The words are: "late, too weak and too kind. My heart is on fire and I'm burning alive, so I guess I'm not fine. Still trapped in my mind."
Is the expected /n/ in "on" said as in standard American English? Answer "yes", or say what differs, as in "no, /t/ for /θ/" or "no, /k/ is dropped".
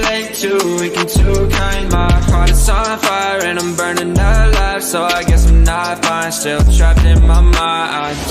no, /l/ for /n/